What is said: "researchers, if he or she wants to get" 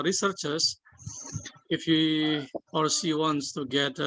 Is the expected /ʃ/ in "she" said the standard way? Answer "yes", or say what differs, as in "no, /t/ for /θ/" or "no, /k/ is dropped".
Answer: no, /s/ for /ʃ/